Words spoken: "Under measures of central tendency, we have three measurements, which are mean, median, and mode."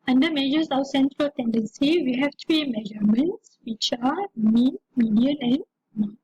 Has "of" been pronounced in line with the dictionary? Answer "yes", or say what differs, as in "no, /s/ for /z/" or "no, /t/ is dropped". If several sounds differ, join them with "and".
no, /w/ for /v/